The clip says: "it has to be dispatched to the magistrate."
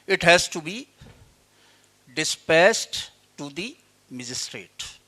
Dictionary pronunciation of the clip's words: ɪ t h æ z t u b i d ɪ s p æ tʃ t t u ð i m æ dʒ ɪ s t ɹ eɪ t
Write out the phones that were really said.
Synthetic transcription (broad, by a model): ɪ t h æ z t u b i d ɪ s p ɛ s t t u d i m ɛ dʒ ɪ s t ɹ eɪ t